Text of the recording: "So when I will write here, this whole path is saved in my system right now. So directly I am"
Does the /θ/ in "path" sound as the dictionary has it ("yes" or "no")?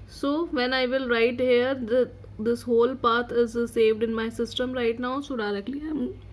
no